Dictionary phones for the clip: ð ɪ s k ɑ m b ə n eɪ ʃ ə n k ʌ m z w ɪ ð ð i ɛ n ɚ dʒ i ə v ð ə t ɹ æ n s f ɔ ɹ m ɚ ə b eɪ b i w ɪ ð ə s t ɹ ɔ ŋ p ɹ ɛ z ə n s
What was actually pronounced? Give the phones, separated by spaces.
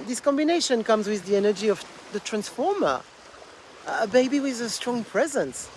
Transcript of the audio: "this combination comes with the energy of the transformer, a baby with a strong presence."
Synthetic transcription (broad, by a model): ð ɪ s k ɑ m b ə n eɪ ʃ ə n k ʌ m z w ɪ ð ð i ɛ n ɚ dʒ i ə v ð ə t ɹ æ n s f ɔ ɹ m ɚ ə b eɪ b i w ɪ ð ə s t ɹ ɔ ŋ p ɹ ɛ z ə n s